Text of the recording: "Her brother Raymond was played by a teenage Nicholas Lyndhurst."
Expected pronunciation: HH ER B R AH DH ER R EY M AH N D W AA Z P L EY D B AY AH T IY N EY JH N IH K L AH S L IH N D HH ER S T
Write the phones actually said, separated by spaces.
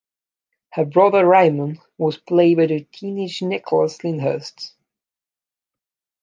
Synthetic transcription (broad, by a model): HH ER B R AH DH ER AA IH M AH N W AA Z P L EY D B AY AH T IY N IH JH N IH K L AH S L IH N HH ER S T